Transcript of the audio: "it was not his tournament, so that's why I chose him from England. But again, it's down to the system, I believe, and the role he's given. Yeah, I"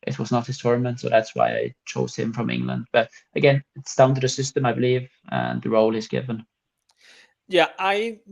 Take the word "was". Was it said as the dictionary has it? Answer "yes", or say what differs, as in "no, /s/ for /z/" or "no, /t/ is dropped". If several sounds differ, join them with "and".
yes